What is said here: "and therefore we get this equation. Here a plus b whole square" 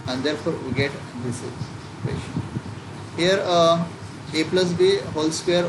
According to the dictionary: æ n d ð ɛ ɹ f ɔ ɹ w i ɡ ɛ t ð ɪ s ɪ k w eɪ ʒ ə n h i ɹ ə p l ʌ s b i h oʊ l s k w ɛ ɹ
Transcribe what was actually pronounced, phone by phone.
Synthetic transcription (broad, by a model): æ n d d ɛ ɹ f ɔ ɹ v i ɡ ɛ t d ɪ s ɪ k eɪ ʃ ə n h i ɹ ə p l ʌ s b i h oʊ l s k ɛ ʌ ɹ